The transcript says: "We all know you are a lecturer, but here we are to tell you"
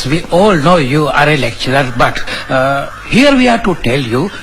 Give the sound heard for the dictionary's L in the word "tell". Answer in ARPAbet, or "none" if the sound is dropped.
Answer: L